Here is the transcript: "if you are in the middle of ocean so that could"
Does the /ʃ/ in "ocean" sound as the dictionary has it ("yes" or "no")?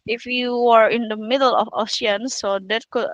no